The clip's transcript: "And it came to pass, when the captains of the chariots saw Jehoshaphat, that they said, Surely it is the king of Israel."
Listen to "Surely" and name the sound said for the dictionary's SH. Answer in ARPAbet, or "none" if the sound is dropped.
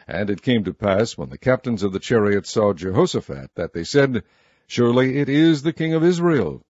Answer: SH